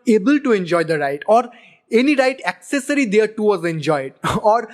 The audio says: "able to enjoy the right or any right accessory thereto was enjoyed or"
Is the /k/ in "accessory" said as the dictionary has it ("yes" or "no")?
yes